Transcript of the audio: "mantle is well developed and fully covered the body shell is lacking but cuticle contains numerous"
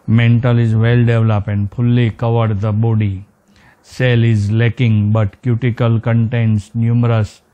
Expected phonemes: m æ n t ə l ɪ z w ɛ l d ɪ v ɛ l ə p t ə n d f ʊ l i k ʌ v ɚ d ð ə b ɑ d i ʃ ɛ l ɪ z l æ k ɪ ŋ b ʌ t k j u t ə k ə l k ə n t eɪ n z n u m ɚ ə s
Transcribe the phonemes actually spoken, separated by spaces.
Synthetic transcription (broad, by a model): m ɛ n t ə l ɪ z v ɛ l d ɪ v l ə p ə n d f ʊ l i k ʌ v ɚ d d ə b ɑ d i s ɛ l ɪ z l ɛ k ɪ ŋ b ʌ t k j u t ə k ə l k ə n t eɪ n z n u m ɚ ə s